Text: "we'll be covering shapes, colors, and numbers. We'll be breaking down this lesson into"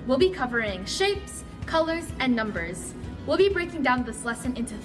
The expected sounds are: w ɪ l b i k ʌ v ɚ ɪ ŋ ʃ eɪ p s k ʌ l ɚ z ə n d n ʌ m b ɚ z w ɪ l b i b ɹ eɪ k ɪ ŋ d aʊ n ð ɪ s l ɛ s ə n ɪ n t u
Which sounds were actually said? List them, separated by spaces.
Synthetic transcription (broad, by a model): w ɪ l b i k ʌ v ɚ ɪ ŋ ʃ eɪ p s k ʌ l ɚ z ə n n ʌ m b ɚ z w ɪ l b i b ɹ eɪ k ɪ ŋ d aʊ n ð ɪ s l ɛ s ə n ɪ n t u